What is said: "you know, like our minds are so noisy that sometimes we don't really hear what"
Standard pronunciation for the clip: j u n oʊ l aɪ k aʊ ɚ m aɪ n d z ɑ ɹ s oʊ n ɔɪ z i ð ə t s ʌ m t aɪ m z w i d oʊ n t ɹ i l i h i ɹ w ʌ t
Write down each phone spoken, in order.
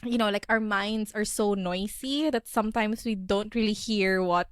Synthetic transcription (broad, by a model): j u n oʊ l aɪ k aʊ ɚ m aɪ n d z ɑ ɹ s oʊ n ɔɪ s i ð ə t s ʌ m t aɪ m s w i d oʊ n t ɹ i l i h i ɹ w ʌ t